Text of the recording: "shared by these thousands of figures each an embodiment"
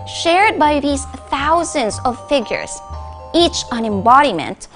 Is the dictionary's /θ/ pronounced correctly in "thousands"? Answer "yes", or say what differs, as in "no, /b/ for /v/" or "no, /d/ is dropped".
yes